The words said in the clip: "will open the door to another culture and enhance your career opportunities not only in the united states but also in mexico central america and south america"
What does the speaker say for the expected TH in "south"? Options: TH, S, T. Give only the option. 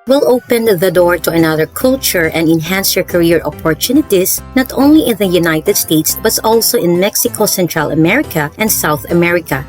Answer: TH